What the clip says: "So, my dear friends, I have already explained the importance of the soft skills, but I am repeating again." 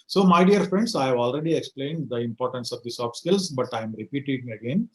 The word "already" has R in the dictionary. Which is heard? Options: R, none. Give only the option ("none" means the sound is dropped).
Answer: R